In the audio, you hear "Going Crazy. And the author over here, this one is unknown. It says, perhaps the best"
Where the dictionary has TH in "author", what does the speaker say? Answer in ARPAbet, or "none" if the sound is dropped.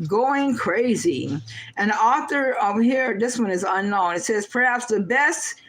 TH